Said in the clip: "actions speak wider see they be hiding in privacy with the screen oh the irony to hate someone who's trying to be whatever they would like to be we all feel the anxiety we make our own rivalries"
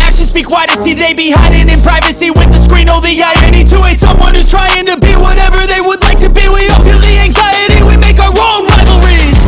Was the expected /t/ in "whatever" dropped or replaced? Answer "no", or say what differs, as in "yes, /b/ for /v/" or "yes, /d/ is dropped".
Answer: no